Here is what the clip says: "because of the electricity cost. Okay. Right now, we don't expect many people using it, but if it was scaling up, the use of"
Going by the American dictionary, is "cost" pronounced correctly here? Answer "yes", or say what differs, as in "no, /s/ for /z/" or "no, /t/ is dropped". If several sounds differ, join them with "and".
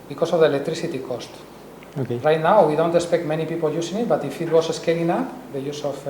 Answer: yes